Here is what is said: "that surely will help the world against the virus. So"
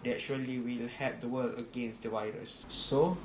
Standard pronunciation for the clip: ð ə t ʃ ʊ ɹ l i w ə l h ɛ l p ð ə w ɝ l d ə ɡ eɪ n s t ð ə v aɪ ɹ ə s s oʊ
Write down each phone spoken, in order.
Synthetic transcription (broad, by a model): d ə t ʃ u l i w ə l h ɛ p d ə w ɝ l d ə ɡ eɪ n s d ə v aɪ ɹ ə s s oʊ